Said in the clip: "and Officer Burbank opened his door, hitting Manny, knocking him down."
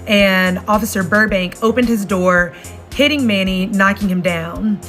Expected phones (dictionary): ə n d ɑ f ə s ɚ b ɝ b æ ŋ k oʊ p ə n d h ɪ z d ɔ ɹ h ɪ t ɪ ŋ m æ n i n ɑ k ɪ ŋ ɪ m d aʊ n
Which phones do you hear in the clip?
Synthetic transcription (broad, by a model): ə n ɑ f ə s ɚ b ɝ b æ ŋ k oʊ p ə n d h ɪ z d ɔ ɹ h ɪ t ɪ ŋ m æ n i n ɑ k ɪ ŋ ɪ m d aʊ n